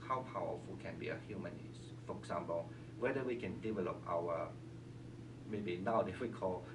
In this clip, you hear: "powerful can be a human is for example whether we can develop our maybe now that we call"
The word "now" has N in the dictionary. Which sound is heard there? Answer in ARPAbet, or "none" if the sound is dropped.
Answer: N